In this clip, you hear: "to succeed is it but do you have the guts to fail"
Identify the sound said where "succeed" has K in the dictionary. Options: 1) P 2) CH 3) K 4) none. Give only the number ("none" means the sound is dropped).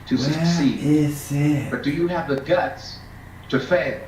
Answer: 4